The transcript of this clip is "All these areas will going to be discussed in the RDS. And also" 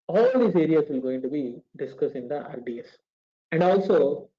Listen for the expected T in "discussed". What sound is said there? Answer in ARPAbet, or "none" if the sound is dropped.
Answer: none